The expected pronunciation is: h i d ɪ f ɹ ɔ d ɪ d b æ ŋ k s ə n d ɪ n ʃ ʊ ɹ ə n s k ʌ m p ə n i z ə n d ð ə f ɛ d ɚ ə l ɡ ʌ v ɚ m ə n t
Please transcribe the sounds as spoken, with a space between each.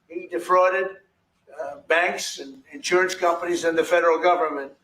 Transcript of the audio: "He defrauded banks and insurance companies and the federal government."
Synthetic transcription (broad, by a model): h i d ɪ f ɹ ɔ d ɪ d b æ ŋ k s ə n ɪ n ʃ ʊ ɹ ə n s k ʌ m p ə n i z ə n ð ə f ɛ d ɚ l ɡ ʌ v ɚ m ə n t